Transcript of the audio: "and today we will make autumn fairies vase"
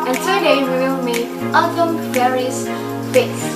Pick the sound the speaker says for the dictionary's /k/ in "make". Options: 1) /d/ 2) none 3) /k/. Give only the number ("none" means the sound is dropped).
2